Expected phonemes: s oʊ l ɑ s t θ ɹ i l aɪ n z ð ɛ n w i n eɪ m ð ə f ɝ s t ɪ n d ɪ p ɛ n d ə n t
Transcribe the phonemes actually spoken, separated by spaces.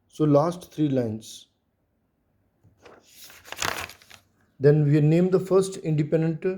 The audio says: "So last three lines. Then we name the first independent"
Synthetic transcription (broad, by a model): s oʊ l ɑ s t t ɹ i l aɪ n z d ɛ n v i n eɪ m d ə f ɝ s t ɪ n d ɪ p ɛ n d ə n t